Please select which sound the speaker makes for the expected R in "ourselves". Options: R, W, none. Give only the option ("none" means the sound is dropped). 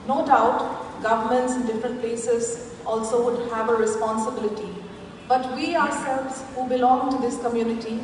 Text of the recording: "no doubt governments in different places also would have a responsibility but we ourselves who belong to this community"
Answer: R